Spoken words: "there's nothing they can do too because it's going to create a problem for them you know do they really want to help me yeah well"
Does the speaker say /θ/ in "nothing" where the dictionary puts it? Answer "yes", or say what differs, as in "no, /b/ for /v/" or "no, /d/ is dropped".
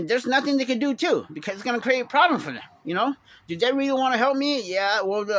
yes